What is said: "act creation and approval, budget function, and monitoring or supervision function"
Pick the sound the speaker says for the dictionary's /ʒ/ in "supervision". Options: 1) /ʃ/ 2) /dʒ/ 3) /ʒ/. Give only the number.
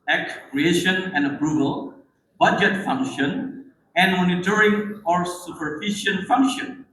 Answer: 1